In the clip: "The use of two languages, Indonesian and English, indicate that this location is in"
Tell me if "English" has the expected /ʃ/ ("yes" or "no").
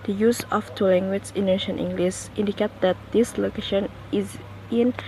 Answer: no